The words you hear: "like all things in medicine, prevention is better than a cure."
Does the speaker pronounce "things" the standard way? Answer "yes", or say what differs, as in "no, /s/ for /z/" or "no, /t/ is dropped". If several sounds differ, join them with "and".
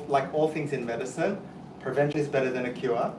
yes